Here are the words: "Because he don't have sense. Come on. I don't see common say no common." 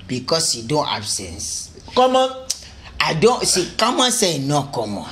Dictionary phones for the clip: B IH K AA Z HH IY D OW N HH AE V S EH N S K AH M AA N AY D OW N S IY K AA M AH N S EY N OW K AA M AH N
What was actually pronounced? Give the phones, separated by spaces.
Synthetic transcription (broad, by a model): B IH K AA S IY D OW N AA B S EH N S K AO M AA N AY D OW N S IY K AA M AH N S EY N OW K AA M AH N